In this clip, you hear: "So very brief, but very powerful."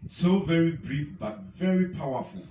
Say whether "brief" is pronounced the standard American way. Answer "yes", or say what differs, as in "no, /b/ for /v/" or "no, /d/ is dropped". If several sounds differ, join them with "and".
yes